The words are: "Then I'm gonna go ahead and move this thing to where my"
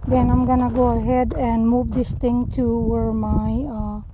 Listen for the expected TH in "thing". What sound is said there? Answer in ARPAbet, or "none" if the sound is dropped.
T